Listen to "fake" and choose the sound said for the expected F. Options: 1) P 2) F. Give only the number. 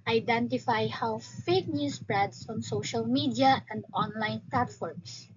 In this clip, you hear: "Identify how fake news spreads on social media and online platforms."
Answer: 2